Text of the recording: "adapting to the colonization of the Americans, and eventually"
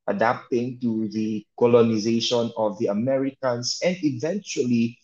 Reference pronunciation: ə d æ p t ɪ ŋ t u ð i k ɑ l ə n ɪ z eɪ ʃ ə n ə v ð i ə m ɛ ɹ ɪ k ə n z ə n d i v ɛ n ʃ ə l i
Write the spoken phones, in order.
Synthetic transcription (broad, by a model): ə d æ p t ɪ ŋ t u ð i k ɑ l ə n ɪ z eɪ ʃ ə n ə v ð i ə m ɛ ɹ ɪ k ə n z ə n d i v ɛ n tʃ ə l i